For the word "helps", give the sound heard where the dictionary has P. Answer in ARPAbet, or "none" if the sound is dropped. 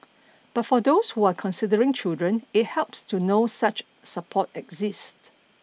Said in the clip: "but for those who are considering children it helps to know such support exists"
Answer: P